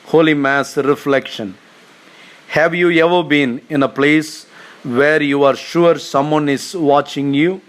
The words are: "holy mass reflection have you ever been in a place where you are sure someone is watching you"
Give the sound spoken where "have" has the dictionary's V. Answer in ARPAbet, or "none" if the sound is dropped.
V